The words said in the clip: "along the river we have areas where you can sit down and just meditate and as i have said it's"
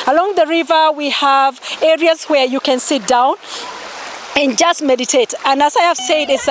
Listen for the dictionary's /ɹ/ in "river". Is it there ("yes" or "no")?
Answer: yes